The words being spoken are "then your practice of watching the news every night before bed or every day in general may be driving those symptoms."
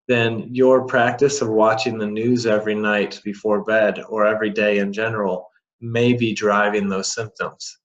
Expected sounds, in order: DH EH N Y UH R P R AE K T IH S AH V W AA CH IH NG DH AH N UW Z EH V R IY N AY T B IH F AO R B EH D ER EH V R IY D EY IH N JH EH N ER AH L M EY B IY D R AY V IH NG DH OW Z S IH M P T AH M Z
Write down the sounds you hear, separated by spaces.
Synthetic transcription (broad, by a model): DH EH N Y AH R P R AE K T IH S AH V W AA CH IH NG DH AH N UW Z EH V R IY N AY T B IH F AO R B EH D ER EH V R IY D EY IH N JH EH N ER L M EY B IY D R AY V IH NG DH OW Z S IH M P T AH M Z